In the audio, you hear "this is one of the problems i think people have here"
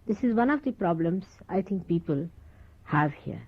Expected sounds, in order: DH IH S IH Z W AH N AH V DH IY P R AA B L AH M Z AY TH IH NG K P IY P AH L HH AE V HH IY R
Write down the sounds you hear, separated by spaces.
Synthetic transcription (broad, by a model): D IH S IH Z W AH N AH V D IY P R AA B L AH M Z AY T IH NG K P IY P AH L HH AE V HH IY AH